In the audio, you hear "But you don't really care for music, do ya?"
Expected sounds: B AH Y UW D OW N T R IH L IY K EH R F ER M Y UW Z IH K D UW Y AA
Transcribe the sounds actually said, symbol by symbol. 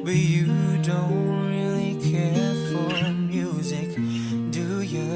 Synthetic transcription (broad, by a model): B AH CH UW D OW N T R IH L IY K EH R F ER M Y UW Z IH K D UW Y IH